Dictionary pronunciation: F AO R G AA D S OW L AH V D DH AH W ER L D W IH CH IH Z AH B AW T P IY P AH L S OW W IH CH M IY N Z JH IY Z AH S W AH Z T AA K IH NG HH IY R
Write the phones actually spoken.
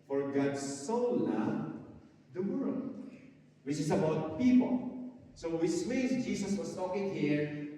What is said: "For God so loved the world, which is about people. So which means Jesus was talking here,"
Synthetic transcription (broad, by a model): F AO R G AA D S OW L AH D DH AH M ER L W IH CH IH S AH B AW T P IY P AH L S OW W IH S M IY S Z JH IY S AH S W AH S T AA K IH NG HH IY R